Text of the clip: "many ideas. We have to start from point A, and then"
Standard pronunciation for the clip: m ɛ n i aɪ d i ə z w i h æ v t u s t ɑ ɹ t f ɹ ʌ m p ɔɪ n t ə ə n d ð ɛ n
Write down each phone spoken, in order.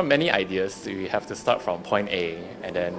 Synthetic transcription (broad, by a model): m ɛ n i aɪ d i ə s w i h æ f t u s t ɑ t f ɹ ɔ m p ɔɪ n t ə ə n d ɛ n